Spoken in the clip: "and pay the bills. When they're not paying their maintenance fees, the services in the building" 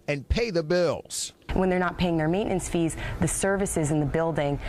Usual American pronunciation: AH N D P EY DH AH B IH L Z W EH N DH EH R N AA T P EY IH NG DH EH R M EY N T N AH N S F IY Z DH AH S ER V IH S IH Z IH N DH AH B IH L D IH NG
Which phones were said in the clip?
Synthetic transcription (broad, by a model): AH N P EY DH AH B IH L Z W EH N DH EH R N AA T P EY IH NG DH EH R M EY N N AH N S F IY Z DH AH S ER V IH S IH Z IH N DH AH B IH L D IH NG